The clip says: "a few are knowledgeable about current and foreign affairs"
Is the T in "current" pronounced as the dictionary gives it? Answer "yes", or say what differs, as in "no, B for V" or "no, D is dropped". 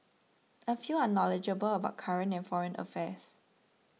no, T is dropped